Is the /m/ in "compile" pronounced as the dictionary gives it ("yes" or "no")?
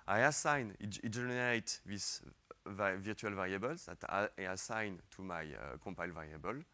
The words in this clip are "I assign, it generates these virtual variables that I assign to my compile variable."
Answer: no